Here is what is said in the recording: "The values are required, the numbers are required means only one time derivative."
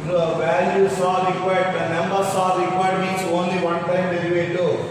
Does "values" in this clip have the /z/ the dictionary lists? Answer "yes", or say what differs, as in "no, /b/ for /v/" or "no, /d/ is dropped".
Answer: no, /s/ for /z/